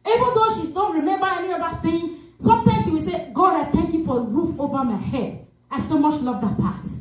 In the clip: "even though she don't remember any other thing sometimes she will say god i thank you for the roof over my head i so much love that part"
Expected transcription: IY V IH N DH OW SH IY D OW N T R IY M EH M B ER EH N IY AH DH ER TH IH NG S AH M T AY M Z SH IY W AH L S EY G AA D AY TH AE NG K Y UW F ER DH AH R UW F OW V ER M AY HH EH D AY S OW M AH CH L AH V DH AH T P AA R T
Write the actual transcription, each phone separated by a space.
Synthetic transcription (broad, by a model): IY V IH N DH OW SH IY D OW N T R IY M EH M B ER EH N IY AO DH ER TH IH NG S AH M T AY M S SH IY W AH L S EY G AA D AY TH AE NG K Y UW F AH R UW F OW V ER M AY HH EH D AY S OW M AH CH L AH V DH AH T P AA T